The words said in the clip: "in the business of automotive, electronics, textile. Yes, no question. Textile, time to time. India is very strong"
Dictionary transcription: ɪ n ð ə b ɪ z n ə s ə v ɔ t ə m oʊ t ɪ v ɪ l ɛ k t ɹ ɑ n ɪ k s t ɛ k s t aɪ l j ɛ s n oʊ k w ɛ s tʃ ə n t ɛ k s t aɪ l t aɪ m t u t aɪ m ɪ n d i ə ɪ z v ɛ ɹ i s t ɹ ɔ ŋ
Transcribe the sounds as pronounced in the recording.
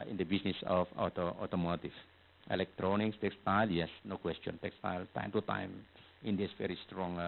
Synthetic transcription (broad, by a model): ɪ n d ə b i s n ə s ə f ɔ t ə m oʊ t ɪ f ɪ l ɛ k t ɹ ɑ n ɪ k s t ɛ k s t aɪ l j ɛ s n oʊ k w ɛ s tʃ ə n t ɛ k s t aɪ l t aɪ m t u t aɪ m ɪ n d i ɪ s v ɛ ɹ i s t ɹ ɔ ŋ